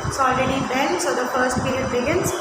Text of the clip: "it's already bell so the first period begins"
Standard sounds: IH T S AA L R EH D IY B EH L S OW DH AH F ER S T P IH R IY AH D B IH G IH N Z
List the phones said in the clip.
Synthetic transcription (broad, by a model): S AA L R EH D IY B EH N S OW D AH F ER S T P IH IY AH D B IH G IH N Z